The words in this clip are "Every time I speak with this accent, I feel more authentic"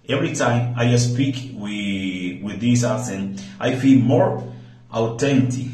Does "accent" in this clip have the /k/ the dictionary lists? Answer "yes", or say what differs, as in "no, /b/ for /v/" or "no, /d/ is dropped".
no, /k/ is dropped